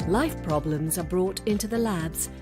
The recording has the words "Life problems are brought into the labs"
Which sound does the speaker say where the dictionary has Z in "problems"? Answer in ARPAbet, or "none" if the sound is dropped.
Z